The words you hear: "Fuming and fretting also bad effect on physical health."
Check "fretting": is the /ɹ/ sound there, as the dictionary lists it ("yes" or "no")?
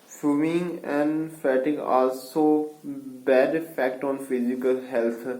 no